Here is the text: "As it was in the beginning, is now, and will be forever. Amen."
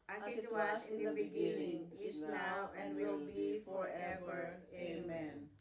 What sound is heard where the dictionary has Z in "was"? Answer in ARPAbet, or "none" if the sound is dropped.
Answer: S